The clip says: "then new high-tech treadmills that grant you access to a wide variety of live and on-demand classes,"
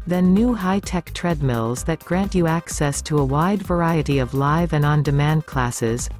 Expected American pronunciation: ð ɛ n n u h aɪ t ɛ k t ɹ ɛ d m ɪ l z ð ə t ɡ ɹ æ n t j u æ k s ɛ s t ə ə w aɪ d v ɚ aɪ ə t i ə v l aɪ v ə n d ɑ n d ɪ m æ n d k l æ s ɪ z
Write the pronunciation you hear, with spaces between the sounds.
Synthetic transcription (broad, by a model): ð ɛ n n u h aɪ t ɛ k t ɹ ɛ d m ɪ l z ð ə t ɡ ɹ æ n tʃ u æ k s ɛ s t ə ə w aɪ d v ɚ aɪ ə t i ə v l aɪ v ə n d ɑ n d ɪ m æ n d k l æ s ɪ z